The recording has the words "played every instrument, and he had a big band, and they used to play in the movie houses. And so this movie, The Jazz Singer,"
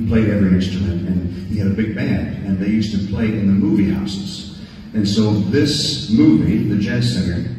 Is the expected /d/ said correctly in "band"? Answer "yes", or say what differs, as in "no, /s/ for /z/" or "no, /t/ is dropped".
yes